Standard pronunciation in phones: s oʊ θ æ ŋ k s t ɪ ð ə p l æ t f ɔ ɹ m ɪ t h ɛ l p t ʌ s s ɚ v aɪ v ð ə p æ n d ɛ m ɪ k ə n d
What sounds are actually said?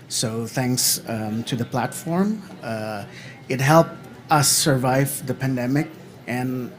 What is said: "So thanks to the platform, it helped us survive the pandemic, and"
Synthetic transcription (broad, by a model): s oʊ θ æ ŋ k s t ɪ ð ə p l æ t f ɔ ɹ m ɪ t h ɛ l p t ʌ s s ɚ v aɪ v ð ə p æ n d ɛ m ɪ k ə n